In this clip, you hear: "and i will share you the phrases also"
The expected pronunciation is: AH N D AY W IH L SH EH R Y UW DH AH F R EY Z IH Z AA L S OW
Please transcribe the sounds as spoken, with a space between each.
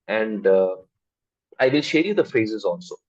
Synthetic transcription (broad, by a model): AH N D AY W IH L SH EH R Y UW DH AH F R EY Z IH Z AA L S OW